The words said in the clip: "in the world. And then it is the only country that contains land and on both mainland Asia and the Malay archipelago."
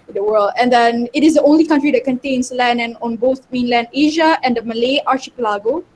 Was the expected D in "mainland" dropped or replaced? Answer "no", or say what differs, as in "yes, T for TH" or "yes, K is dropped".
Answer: no